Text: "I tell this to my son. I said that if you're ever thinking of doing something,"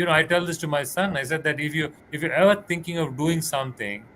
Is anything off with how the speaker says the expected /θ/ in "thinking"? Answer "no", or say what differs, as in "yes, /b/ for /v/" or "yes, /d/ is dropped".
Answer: yes, /t/ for /θ/